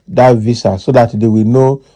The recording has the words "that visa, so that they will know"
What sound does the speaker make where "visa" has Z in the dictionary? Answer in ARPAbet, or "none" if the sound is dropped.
S